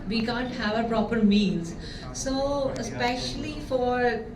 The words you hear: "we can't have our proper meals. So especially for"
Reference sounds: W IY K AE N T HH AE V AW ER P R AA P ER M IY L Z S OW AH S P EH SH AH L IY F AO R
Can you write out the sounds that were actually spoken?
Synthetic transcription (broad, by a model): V IY K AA N T HH AE V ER P R AA P ER M IY N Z S OW AH S P EH SH AH L IY F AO R